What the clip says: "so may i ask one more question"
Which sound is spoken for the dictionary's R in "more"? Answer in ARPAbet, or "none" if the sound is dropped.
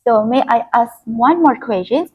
R